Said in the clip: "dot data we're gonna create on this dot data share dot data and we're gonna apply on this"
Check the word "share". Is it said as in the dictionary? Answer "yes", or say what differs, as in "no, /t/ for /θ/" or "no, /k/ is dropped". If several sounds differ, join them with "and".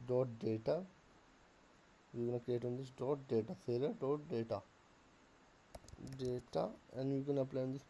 no, /s/ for /ʃ/ and /l/ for /ɹ/